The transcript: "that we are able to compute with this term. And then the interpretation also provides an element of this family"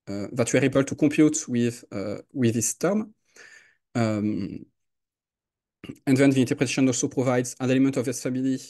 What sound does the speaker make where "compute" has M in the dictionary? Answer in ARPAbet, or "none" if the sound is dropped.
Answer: none